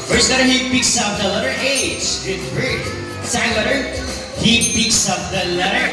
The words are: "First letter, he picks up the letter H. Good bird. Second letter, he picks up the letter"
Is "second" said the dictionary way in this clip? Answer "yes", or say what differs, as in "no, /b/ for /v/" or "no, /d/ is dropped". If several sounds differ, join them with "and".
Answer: no, /k/ is dropped